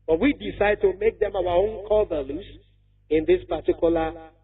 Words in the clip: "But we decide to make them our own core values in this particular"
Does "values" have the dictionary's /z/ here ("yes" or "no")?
no